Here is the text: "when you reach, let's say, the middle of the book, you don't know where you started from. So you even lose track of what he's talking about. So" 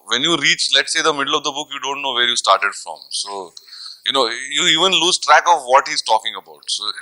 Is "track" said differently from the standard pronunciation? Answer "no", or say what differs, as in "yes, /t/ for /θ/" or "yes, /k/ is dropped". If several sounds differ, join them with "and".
no